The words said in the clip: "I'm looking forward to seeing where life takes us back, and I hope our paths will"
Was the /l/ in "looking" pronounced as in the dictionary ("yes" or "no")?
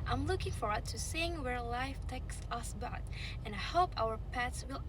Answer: yes